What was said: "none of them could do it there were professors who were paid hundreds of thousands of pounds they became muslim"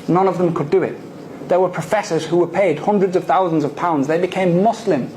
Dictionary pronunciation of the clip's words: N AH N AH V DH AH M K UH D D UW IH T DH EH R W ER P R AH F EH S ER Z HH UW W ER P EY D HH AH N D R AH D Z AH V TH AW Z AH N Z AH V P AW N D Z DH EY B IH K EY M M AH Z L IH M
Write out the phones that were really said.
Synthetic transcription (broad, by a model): N AH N AH V DH AH M K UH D D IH IH T DH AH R W ER P R AH F EH S ER Z HH UW W ER P EY D HH AH N D R AH D Z AH V TH AW Z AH N Z AH V P AW N D Z DH EY B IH K EY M M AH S L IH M